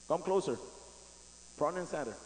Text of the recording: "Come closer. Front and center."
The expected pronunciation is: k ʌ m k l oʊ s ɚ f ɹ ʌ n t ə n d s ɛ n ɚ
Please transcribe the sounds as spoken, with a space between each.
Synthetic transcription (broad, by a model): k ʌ m k l oʊ s ɚ p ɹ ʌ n ə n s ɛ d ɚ